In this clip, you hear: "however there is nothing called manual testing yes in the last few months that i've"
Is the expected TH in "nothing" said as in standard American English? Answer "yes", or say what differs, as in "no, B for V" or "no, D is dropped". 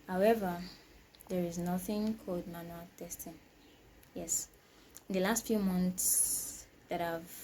yes